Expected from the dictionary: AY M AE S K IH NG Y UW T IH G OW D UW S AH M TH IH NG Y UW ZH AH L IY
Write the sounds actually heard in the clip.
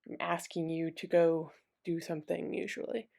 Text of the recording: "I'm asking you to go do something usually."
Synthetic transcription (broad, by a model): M AE S K IH NG Y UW T IH G OW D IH S AH M TH IH NG Y UW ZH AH L IY